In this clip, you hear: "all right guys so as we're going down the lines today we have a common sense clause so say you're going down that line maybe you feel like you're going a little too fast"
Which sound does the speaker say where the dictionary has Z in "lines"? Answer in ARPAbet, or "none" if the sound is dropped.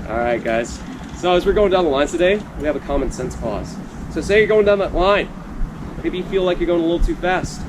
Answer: none